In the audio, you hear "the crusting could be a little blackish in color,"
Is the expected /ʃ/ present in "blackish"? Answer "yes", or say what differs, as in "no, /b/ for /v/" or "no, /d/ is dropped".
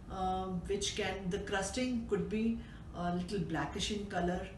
yes